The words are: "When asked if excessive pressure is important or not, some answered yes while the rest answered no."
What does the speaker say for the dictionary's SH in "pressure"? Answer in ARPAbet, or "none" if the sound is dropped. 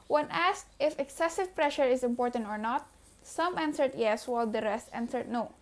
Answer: SH